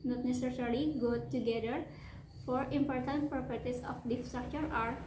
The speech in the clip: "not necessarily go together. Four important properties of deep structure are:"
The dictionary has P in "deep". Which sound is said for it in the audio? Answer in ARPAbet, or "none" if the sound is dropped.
F